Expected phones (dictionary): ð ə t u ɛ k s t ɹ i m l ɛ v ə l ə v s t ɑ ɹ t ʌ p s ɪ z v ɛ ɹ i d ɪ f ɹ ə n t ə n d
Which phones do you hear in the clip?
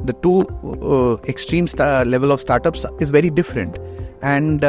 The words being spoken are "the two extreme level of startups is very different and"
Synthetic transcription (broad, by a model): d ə t u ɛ k s t ɹ i m l ɛ v ə l ə v s t ɑ ɹ t ʌ p s ɪ z v ɛ ɹ i d ɪ f ɹ ə n t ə n d